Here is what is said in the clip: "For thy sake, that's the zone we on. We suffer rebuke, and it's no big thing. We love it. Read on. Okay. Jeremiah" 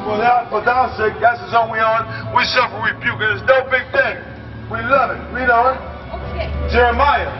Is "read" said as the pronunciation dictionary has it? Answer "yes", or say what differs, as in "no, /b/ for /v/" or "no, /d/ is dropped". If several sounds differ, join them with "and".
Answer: no, /w/ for /ɹ/